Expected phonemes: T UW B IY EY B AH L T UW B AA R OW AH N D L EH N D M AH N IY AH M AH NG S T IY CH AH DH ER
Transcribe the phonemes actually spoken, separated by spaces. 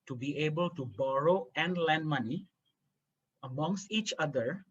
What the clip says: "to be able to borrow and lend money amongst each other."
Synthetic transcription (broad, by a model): T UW B IY EY B AH L T UW B AA R OW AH N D L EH N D M AH N IY AH M AH NG S T IY CH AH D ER